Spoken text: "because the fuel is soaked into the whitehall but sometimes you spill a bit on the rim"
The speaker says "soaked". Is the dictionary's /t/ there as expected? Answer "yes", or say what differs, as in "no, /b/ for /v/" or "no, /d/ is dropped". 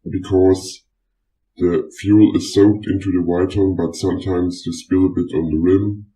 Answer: yes